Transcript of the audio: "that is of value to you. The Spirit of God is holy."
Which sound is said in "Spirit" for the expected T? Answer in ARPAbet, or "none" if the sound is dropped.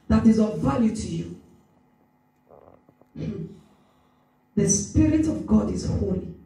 T